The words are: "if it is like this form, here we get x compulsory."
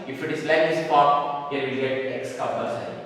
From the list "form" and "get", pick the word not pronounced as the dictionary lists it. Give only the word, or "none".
form